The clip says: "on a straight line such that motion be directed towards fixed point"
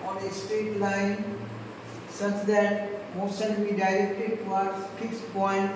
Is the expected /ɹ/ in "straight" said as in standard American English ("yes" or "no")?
no